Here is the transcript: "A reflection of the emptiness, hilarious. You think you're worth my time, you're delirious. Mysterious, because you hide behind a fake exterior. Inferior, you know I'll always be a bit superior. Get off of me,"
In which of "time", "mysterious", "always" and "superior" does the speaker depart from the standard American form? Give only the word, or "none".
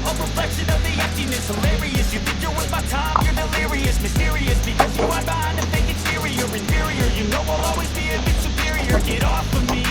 none